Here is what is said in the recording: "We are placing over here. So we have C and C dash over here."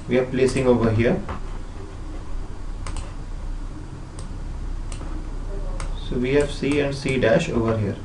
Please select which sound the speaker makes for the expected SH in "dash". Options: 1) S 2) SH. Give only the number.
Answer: 2